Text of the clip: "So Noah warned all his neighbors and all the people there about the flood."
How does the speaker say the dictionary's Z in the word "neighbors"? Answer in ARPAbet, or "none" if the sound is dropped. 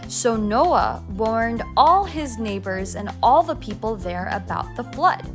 Z